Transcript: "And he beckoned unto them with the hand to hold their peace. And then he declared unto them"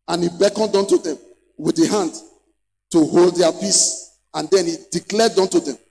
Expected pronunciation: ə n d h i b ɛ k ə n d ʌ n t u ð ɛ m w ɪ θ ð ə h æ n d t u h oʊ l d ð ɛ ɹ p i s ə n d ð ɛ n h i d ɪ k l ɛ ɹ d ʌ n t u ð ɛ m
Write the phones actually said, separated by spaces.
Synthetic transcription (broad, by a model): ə n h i b ɛ k ə n d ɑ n t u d ɛ m w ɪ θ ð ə h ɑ n d t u h oʊ l d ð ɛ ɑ p i s ə n d ɛ n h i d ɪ k l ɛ d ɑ n t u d ɛ m